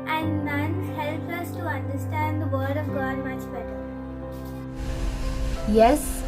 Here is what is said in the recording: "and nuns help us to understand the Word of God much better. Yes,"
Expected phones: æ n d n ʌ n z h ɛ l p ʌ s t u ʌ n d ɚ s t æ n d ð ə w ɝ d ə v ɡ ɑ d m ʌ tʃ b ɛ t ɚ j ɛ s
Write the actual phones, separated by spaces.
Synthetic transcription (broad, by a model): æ n d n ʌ n h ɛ l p ʌ s t u ʌ n d ɚ s t æ n d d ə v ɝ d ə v ɡ ɑ d m ʌ tʃ b ɛ t ɚ j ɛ s